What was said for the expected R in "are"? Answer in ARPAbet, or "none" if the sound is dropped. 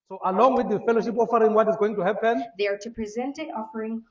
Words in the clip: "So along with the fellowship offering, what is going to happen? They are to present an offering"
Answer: R